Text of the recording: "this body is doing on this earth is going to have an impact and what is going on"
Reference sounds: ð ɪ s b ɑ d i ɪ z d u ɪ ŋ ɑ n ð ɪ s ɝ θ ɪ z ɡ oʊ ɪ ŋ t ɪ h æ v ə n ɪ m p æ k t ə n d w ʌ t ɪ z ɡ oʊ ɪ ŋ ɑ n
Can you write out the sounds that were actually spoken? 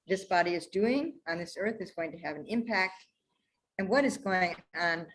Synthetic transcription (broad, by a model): ð ɪ s b ɑ d i ɪ z d u ɪ ŋ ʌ n ð ɪ s ɝ θ ɪ z ɡ oʊ ɪ ŋ t ɪ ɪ v n ɪ m p æ k t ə n w ʌ t ɪ z ɡ oʊ ɪ ŋ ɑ n